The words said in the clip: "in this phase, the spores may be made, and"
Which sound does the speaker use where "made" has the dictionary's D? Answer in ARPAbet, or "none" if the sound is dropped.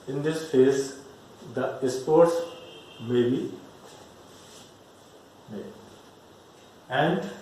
none